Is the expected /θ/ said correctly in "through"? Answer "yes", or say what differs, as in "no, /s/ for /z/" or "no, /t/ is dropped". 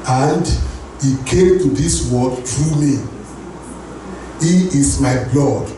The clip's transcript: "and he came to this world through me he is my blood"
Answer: no, /t/ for /θ/